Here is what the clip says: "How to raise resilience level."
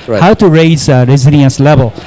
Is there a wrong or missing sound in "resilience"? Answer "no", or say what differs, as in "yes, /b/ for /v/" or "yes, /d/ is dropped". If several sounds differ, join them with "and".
yes, /n/ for /l/